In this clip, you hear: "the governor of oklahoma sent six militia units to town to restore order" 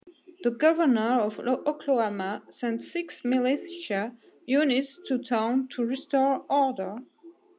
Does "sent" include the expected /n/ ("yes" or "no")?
yes